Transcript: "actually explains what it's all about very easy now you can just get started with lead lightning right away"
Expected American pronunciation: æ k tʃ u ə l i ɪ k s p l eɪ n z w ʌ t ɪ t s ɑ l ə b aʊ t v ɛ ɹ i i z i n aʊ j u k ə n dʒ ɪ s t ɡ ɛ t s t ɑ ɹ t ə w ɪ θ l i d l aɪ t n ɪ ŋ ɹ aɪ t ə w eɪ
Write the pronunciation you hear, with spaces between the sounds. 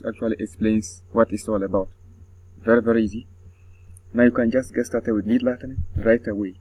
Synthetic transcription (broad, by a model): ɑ k tʃ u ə l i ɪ k s p l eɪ n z w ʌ t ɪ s ɑ l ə b aʊ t v ɛ ɹ i i z i n aʊ j u k ə n dʒ ɪ s t ɡ ɛ t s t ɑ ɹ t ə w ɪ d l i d l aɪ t ɪ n ɹ aɪ t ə w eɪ